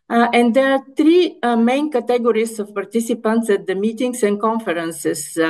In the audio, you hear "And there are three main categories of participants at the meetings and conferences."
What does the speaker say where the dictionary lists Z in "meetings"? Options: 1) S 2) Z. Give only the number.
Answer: 1